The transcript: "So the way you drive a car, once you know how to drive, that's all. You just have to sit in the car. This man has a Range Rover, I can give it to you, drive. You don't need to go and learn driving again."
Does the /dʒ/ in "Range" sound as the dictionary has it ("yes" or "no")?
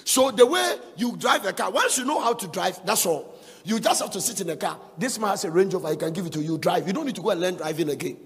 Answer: yes